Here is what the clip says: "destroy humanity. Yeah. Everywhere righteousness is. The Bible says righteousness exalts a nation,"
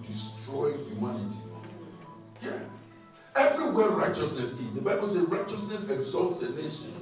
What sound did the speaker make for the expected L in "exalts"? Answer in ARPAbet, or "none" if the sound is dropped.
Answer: L